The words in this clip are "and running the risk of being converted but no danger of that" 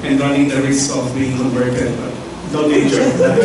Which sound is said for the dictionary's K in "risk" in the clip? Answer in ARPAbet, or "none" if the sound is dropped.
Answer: none